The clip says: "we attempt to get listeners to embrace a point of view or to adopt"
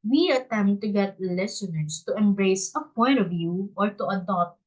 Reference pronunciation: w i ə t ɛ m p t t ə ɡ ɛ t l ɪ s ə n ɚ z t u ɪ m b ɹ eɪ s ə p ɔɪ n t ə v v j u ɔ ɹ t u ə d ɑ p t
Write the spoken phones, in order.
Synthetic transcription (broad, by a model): w i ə t ɛ m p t t ə ɡ ɛ t l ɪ s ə n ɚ s t u ɪ m b ɹ eɪ s ə p ɔɪ n t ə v v j u ɔ ɹ t u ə d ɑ p t